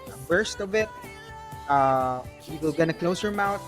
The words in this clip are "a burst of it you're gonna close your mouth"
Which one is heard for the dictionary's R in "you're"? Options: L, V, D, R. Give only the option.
L